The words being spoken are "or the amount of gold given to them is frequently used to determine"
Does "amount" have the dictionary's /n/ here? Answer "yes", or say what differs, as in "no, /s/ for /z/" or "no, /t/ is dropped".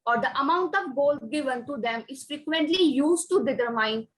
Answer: yes